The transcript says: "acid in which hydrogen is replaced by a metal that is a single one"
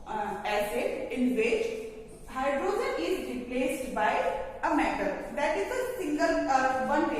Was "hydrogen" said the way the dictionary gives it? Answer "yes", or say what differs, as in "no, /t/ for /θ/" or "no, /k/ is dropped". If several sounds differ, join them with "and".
no, /z/ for /dʒ/